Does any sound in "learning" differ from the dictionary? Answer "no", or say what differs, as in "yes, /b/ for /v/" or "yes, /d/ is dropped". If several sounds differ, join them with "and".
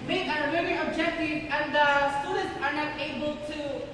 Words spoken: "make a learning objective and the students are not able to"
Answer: yes, /n/ is dropped